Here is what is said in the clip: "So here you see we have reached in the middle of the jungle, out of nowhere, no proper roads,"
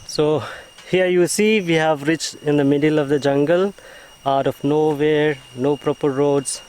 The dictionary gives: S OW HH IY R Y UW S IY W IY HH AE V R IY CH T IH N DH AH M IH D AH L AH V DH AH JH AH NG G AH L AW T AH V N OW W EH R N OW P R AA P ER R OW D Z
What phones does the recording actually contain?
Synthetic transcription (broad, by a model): S OW HH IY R Y UW S IY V IY HH AE V R IY CH T IH N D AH M IH D AH L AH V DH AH JH AH NG G AH L AW T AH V N OW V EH R N OW P R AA P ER R OW D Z